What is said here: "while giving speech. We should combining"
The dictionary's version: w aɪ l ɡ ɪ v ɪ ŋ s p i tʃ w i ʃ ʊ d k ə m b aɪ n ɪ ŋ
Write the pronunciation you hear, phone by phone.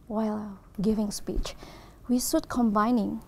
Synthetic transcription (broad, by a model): w aɪ l ɡ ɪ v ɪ ŋ s p i tʃ w i s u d k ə m b aɪ n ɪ ŋ